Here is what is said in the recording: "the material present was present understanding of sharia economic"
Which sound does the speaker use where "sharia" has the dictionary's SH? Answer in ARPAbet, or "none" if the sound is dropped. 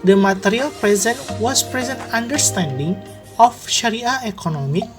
SH